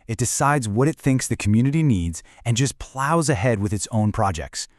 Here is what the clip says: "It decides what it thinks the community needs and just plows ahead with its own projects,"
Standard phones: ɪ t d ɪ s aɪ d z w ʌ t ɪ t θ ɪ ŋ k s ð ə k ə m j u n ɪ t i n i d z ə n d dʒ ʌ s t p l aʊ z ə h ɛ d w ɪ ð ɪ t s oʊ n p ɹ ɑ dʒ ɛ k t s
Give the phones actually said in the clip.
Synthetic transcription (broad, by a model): ɪ t d ɪ s aɪ d z w ʌ t ɪ t θ ɪ ŋ k s ð ə k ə m j u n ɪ t i n i d z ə n dʒ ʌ s p l aʊ z ə h ɛ d w ɪ ð ɪ t s oʊ n p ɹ ɑ dʒ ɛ k t s